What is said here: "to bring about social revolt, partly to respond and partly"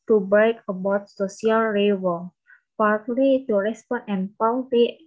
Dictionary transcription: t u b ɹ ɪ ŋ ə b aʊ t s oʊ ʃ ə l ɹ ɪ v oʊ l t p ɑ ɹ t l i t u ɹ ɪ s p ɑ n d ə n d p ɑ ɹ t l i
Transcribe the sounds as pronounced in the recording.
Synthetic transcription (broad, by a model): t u b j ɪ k ə b aʊ t s oʊ s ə l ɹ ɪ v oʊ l p ɑ ɹ t l i t u ɹ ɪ s p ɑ n ə n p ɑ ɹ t l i